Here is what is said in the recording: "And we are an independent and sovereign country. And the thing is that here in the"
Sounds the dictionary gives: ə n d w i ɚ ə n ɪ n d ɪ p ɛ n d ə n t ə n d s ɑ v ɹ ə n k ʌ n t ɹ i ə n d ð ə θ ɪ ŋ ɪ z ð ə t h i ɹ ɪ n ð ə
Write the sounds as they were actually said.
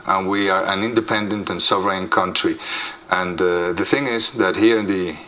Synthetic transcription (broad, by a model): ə n w i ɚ ə n ɪ n d ɪ p ɛ n d ə n t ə n s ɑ v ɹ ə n k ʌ n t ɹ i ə n ð ə θ ɪ ŋ ɪ z ð ə t h i ɹ ɪ n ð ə